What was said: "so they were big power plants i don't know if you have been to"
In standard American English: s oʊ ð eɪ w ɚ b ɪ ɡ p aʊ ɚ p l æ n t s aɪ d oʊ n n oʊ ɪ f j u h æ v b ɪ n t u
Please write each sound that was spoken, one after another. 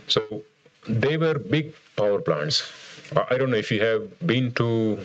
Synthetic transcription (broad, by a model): s oʊ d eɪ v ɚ b ɪ ɡ p aʊ ɚ p l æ n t s aɪ d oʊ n n oʊ ɪ f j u h æ v b ɪ n t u